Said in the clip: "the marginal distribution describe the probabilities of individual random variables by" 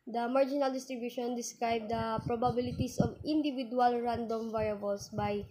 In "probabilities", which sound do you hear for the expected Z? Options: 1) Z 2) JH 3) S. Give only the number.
3